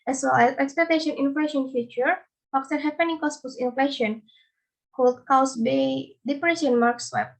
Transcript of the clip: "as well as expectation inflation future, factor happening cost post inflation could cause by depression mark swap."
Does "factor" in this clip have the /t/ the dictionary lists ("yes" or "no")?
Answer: no